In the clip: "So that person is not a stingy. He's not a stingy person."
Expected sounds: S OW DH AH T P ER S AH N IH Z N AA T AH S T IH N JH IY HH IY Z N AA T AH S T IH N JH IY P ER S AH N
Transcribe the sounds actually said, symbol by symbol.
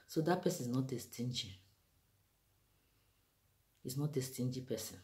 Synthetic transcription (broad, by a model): S OW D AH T P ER S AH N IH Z N AA T AH S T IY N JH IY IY S N AA T AH S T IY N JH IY P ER S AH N